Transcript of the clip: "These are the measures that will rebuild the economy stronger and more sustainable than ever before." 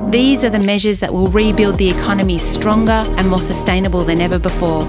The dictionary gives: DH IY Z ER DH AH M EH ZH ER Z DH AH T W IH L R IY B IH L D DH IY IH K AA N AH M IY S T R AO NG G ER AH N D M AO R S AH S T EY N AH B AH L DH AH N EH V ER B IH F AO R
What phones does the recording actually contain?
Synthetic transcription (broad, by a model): DH IY Z ER DH AH M EH ZH ER Z DH AH T W IH L R IY B IH L D DH IY IH K AA N AH M IY S T R AO NG G ER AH N M AO R S AH S T EY N AH B AH L DH AH N EH V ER B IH F AO R